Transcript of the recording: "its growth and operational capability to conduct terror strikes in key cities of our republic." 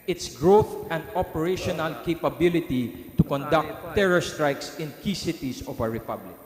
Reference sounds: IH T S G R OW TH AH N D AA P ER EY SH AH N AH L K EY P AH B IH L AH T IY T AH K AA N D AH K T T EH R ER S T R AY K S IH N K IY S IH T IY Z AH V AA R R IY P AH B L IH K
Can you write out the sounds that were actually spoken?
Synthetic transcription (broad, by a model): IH T S G R OW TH AH N D AA P ER EY SH AH N AH L K EY P AH B IH L AH T IY T AH K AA N D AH K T T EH R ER S T R AY K S IH N K IY S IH T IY S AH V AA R R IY P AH B L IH K